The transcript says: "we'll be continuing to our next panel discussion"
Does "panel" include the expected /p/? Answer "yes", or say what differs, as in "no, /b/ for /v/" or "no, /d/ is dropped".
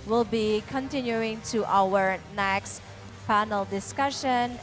no, /f/ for /p/